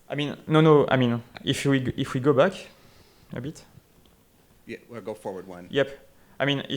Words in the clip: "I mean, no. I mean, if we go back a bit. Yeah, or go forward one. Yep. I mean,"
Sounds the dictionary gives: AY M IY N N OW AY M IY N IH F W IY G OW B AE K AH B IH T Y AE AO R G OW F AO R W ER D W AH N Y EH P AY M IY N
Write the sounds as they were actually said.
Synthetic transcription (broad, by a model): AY M IY N N OW AY M IY N IH F W IY G OW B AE K AH B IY T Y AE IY L G OW F AO R W ER D W AH N Y EH P AY M IY N